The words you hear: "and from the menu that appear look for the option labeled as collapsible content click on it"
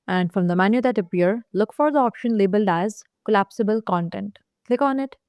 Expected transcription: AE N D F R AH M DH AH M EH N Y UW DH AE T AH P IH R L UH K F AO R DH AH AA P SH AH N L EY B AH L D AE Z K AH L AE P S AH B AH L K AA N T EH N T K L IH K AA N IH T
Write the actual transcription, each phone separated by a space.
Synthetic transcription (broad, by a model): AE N D F R AH M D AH M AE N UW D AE T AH P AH R L UH K F AO R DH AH AA P SH AH N L EY B AH L D AE Z K AH L AE P S AH B AH L K AA N T EH N T K L IH K AA N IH T